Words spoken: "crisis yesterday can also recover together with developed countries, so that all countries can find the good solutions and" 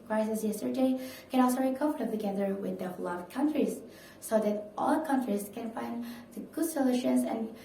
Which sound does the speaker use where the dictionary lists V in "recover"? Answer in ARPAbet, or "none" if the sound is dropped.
F